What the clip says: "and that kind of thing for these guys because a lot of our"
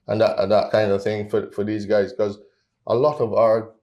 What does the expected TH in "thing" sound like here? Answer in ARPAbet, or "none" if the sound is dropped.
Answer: TH